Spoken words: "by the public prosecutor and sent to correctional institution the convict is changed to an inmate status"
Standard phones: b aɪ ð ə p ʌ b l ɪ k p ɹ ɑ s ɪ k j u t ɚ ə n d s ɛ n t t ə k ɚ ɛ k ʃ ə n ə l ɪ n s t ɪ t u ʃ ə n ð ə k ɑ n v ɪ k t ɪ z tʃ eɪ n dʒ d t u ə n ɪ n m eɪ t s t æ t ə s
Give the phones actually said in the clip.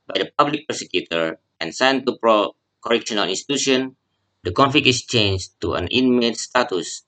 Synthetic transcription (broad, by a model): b aɪ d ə p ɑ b l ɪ k p ɛ s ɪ k j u t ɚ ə n s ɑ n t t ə k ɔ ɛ k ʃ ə n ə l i n s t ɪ t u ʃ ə n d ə k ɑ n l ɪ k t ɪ s tʃ eɪ n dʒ t u ə n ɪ n m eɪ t s t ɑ t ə s